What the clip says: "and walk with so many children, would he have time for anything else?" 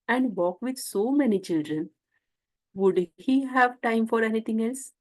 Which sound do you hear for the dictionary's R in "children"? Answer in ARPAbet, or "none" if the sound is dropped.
R